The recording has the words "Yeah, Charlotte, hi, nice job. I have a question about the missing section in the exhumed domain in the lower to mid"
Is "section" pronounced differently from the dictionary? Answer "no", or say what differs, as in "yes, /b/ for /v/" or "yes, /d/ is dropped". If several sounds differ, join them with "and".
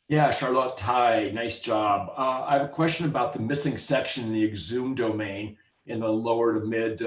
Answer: no